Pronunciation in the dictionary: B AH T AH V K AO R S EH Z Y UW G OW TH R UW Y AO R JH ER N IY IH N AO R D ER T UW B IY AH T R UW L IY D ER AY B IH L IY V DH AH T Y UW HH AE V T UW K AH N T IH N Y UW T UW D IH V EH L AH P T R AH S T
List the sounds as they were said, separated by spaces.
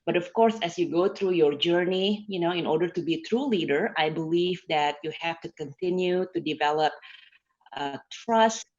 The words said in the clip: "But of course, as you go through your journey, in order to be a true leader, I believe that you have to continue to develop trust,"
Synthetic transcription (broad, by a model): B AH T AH F K AO R S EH S Y UW G OW T R UW Y AO R JH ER N IY IH N AO R D ER T UW B IY T R UW L IY D ER AY B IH L IY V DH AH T Y UW HH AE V T UW K AH N T IH N Y UW T UW D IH V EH L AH P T R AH S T